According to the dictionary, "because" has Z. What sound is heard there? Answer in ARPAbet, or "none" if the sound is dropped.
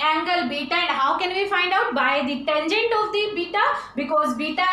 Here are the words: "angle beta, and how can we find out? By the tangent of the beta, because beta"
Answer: Z